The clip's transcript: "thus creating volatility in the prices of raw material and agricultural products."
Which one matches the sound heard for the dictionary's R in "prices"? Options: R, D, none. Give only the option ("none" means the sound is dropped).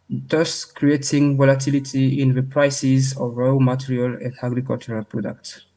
R